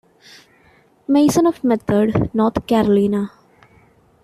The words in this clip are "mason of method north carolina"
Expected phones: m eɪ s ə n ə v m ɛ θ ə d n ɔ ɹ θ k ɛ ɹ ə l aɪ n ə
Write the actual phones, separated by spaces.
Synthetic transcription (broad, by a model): m eɪ s ə n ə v m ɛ t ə d n ɔ ɹ t k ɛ ɹ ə l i n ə